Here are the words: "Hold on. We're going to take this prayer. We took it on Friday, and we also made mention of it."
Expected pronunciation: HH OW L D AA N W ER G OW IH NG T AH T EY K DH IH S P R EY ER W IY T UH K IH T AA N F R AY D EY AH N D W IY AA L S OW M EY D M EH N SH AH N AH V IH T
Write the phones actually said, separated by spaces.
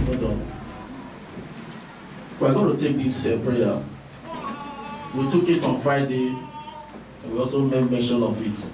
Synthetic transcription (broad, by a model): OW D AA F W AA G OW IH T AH T EY K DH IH S P R EY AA W IY T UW K IH T AA N F R AY D EY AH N W IY AA L S OW M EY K M EH N SH AH N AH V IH T